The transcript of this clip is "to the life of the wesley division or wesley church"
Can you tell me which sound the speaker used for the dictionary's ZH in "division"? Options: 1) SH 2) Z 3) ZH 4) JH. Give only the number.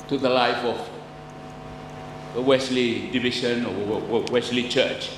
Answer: 1